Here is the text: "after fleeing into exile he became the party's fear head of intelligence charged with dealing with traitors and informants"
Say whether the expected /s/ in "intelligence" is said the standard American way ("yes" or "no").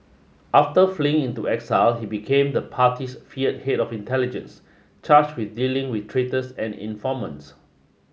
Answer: yes